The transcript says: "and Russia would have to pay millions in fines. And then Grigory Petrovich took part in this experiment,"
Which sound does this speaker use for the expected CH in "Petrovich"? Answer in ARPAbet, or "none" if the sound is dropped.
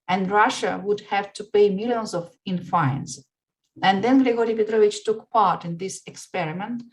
CH